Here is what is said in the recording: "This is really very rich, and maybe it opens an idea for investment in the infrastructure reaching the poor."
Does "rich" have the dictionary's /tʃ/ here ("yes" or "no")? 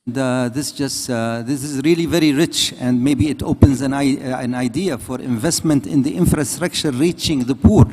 yes